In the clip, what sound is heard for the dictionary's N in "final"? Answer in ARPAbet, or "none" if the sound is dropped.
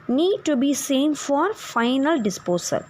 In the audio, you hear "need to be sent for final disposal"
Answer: N